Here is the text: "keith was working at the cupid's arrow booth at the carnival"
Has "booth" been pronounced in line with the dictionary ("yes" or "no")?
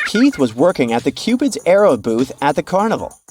yes